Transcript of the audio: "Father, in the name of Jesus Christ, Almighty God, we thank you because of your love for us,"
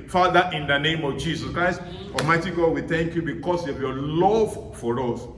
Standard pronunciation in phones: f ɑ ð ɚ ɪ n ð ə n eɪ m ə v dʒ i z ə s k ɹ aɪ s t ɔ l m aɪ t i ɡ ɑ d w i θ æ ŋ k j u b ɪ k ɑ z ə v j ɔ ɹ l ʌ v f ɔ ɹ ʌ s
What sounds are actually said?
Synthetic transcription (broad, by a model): f ɑ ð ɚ ɪ n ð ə n eɪ m ə v dʒ i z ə s k ɹ aɪ s t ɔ m aɪ t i ɡ ɑ d w i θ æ ŋ k j u b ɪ k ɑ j ə v j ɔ l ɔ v f ɔ ɹ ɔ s